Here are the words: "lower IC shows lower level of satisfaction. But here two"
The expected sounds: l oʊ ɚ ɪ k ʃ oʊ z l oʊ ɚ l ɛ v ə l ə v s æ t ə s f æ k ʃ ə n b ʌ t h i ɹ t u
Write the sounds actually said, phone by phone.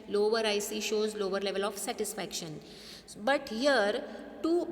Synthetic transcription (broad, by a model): l oʊ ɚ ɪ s ʃ oʊ z l oʊ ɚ l ɛ v ə l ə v s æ t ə s f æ k ʃ ə n b ʌ t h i ɹ t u